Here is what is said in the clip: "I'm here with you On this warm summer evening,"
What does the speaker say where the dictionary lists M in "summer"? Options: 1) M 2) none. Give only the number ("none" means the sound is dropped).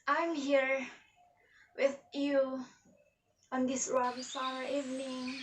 2